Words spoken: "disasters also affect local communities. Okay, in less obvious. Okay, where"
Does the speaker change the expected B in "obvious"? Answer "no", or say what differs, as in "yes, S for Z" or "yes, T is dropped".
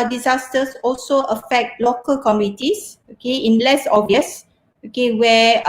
yes, B is dropped